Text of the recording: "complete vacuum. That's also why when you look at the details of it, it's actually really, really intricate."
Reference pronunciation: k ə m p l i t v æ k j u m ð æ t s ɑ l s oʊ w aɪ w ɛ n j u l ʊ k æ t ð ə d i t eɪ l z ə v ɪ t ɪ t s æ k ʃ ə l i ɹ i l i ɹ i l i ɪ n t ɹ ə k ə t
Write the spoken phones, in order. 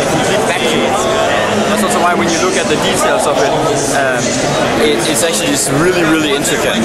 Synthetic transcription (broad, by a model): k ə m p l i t f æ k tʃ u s ð æ t s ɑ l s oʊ w aɪ w ɛ n j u l ʊ k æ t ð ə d i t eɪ l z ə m ɪ t ɪ t s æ k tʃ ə l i ɹ i l i ɹ i l i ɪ n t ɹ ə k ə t